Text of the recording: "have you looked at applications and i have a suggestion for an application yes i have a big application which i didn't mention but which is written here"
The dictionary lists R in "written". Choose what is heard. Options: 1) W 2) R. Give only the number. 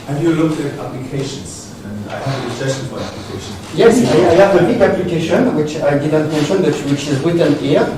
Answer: 1